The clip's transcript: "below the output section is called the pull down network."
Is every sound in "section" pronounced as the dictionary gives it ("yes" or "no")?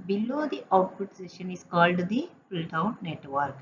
no